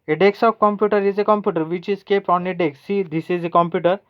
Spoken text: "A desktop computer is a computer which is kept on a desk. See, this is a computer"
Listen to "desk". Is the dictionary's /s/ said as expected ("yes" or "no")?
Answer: no